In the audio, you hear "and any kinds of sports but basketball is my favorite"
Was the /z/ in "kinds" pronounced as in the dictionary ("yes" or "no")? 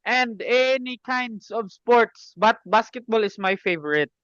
no